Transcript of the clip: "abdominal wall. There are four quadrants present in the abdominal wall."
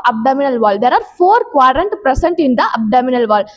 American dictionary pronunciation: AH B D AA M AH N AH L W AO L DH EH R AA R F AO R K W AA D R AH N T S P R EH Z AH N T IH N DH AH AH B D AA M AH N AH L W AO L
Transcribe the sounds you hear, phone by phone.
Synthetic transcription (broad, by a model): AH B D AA M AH N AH L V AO L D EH R AA R F AO R K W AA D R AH N T P R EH S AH N T IH N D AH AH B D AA M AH N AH L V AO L